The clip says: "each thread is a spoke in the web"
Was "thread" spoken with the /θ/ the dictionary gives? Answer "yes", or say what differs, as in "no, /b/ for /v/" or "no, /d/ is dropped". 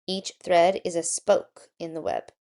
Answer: yes